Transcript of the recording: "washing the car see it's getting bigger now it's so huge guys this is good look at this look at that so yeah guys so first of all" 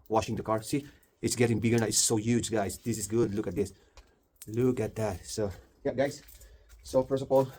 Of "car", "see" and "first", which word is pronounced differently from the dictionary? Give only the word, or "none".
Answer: first